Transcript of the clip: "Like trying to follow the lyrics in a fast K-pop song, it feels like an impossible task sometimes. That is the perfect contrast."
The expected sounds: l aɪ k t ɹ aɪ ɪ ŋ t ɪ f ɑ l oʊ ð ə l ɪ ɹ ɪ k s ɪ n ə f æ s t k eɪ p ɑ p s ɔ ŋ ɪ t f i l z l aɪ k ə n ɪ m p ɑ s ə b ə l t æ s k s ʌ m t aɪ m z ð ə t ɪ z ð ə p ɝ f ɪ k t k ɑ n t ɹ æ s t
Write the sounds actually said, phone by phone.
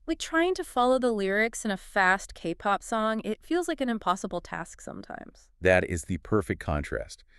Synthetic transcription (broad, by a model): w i t ɹ aɪ ɪ ŋ t ɪ f ɑ l oʊ ð ə l ɪ ɹ ɪ k s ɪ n ə f æ s t k eɪ p ɑ p s ɔ ŋ ɪ t f i l z l aɪ k ə n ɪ m p ɑ s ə b l t æ s k s ʌ m t aɪ m z ð ə t ɪ z ð ə p ɝ f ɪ k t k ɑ n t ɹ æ s t